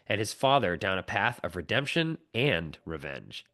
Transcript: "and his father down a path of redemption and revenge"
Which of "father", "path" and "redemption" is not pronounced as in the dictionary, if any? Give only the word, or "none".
none